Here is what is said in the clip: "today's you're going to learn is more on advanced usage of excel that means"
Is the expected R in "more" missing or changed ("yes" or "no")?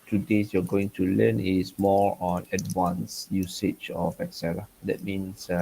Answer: no